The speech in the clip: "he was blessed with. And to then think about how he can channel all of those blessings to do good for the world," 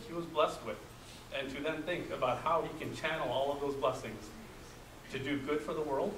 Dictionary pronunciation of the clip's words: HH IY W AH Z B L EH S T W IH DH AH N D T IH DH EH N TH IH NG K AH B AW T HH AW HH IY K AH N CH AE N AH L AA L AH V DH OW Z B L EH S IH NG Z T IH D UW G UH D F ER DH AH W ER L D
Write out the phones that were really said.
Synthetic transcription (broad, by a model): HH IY W AH Z B L EH S T W IH DH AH N T IH DH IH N TH IH NG K AH B AW T HH AW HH IY K AH N CH AE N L AA L AH V DH OW Z B L EH S IH NG Z T IH D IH G UH D F ER DH AH W ER L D